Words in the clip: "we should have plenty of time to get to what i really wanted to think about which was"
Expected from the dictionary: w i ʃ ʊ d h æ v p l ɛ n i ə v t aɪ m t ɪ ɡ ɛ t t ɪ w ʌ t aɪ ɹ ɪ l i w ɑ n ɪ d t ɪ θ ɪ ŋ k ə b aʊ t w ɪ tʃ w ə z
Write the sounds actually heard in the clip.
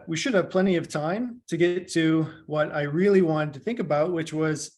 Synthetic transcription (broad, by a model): w i ʃ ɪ d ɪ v p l ɛ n i ə v t aɪ m t ɪ ɡ ɛ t t ɪ w ʌ t aɪ ɹ ɪ l i w ɑ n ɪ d t ɪ θ ɪ ŋ k ə b aʊ t w ɪ tʃ w ə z